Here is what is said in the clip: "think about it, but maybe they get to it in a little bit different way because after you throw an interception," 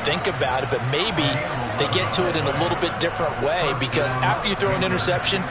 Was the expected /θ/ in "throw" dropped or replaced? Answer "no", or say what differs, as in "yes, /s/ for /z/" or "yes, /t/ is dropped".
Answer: no